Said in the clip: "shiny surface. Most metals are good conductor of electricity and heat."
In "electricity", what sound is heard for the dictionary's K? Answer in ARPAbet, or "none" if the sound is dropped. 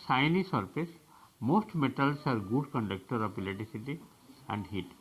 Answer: none